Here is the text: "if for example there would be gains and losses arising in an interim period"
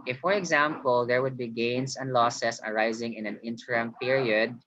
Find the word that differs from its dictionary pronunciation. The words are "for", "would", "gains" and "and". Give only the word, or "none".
gains